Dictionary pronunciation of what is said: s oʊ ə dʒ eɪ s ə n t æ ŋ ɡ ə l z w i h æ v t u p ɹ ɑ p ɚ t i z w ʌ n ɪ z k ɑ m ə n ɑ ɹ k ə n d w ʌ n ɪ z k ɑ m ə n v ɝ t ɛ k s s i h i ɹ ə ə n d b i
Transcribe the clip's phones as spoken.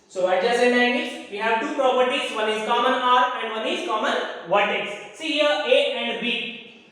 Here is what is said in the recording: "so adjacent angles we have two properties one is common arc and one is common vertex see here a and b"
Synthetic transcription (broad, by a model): s oʊ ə dʒ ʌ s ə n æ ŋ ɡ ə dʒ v i h æ v t u p ɹ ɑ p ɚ t i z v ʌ n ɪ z k ɑ m ə n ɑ ɹ ə n d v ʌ n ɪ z k ɑ m ə n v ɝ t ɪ s s i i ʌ ə ə n d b i